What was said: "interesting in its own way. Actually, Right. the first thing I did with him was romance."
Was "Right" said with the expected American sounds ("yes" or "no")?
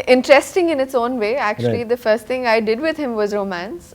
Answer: no